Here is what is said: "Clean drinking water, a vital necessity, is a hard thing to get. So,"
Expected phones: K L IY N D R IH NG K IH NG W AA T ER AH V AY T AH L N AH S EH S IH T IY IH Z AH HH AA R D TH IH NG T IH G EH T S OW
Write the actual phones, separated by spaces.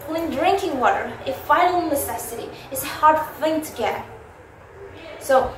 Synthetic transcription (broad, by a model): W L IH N D R IH NG K IH NG W AA T ER AH F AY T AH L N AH S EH S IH T IY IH S AH HH AA R D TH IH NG T IH G EH T S OW